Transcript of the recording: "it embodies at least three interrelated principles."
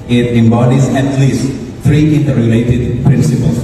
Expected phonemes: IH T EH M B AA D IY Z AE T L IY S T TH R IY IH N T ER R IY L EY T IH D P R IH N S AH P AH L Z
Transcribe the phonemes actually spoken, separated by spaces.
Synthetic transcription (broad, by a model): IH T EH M B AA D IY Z AE T L IY S T T R IY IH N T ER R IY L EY T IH D P R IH N S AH P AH L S